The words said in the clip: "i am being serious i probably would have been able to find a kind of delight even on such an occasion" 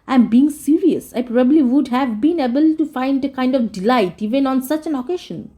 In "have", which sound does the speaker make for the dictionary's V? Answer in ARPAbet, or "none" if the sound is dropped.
V